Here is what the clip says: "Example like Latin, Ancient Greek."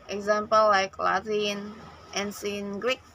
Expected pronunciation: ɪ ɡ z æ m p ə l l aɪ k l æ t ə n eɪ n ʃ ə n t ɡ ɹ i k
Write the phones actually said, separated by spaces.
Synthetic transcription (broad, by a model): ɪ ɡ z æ m p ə l l aɪ k l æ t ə n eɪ n s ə n ɡ ɹ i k